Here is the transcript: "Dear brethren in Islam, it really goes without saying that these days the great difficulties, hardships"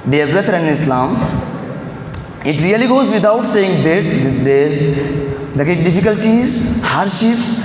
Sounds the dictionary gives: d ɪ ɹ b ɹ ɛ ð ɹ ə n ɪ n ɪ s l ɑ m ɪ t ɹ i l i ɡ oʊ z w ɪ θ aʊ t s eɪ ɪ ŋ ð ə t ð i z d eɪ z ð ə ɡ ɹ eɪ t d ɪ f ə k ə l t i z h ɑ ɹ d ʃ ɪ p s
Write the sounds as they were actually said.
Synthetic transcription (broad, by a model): d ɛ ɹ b ɹ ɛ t ɹ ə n n ɪ s l ɑ m ɪ t ɹ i l i ɡ oʊ z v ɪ t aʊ t s eɪ ɪ ŋ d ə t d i s d eɪ z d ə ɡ eɪ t d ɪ f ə k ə l t i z h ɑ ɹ d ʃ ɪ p s